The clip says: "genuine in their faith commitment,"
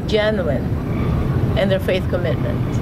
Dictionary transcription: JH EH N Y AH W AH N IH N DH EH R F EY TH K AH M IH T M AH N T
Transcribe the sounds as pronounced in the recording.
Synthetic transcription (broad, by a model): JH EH N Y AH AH N IH N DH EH R F EY TH K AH M IH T M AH N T